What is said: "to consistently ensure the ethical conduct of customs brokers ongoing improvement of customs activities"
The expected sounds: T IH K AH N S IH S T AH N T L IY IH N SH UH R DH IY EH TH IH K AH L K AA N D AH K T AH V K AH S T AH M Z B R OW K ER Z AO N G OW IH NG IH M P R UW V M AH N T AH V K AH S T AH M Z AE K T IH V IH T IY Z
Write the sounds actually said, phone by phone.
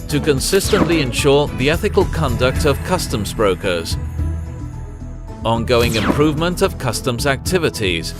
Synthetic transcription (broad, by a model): T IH K AH N S IH S T AH N T L IY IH N SH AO R DH IY EH TH IH K AH L K AA N D AH K T AH V K AH S T AH M Z B R OW K ER Z AO N G OW IH NG IH M P R UW V M AH N T AH V K AH S T AH M Z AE K T IH V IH T IY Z